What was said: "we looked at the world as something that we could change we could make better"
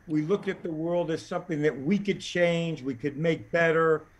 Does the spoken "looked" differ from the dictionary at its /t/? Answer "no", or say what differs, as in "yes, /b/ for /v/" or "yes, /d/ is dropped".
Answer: no